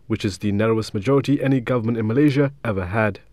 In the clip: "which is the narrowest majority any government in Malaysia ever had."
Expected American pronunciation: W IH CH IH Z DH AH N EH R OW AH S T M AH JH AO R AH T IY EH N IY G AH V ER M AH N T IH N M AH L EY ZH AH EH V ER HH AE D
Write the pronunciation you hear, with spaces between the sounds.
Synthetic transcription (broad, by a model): W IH CH IH Z DH AH N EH R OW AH S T M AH JH AO R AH T IY EH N IY G AH V ER M AH N T IH N M AH L EY ZH AH EH V ER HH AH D